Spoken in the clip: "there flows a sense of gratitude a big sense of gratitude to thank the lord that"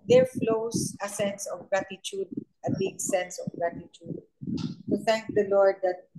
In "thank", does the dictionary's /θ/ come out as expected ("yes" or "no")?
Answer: no